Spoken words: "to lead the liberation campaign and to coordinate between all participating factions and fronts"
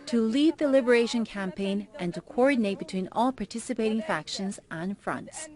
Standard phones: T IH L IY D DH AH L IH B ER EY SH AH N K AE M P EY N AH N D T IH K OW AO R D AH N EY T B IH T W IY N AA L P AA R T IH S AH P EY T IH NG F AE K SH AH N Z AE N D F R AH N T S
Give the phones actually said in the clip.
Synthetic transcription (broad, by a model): T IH L IY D DH AH L IH B ER EY SH AH N K AE M P EY N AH N T IH K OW AO R D N EY T B IH T W IY N AA L P AA R T IH S AH P EY T IH NG F AE K SH AH N Z N F R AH N T S